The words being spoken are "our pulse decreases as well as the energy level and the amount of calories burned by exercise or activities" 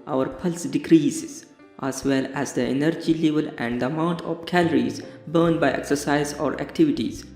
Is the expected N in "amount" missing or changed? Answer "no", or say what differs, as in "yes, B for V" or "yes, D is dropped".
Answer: no